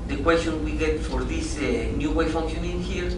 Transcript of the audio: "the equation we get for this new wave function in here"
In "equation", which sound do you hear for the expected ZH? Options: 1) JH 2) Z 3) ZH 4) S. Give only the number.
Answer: 4